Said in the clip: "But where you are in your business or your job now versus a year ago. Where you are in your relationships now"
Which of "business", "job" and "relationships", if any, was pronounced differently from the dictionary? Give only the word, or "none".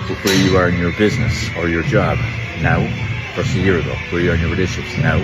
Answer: relationships